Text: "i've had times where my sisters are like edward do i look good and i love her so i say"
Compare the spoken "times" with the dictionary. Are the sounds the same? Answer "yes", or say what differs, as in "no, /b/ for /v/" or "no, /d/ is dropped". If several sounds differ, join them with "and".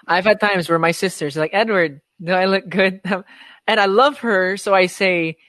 yes